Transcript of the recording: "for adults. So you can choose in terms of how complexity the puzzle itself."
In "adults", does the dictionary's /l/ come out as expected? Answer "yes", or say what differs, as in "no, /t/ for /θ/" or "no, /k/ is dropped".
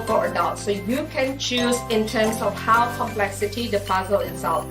no, /l/ is dropped